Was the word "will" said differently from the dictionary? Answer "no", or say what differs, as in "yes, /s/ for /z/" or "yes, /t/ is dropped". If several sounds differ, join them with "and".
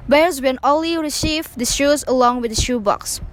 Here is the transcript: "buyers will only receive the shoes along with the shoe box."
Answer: yes, /n/ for /l/